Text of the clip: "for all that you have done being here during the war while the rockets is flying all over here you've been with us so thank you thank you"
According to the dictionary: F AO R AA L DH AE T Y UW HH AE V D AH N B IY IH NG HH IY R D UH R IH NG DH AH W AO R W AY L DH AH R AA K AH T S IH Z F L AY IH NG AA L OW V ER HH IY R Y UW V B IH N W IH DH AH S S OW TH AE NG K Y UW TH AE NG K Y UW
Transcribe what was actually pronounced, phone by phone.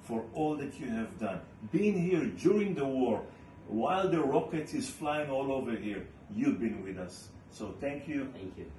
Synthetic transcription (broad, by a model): F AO R AA L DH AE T Y UW HH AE V D AH N B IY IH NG HH IY R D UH R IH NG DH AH W AO R W AY L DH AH R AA K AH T IH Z F L AY IH NG AA L OW V ER HH IY R Y UW V B IH N W IH DH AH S S OW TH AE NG K Y UW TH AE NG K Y